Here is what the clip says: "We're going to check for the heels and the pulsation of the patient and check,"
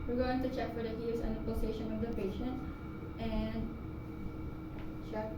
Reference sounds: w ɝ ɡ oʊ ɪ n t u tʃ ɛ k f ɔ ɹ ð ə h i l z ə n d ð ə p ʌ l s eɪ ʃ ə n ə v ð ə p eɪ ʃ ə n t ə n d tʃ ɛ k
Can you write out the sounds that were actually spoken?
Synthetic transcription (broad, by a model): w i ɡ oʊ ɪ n t u tʃ ɛ k f ɔ ɹ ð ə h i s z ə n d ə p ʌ s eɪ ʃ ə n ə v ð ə p eɪ ʃ ə n t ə n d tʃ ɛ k